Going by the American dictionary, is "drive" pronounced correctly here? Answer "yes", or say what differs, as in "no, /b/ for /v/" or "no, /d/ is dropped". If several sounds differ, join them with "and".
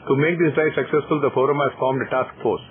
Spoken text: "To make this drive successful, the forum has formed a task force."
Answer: no, /ɹ/ is dropped